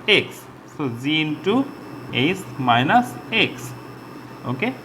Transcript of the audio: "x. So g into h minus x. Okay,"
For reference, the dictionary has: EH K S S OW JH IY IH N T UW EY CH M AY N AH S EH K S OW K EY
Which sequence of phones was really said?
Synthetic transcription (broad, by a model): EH K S S OW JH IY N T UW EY S M AY N AH S EH K S OW K EY